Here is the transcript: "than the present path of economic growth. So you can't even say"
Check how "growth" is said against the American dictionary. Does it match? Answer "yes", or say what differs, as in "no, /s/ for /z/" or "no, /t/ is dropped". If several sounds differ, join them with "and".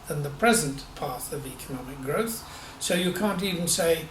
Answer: yes